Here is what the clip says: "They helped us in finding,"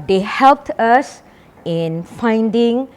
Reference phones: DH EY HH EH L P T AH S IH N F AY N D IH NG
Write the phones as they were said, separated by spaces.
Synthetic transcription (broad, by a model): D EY HH EH L P T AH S IH N F AY N D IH NG